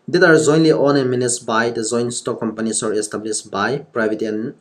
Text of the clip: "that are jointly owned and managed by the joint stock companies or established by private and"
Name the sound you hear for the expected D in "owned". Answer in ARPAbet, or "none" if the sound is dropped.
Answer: none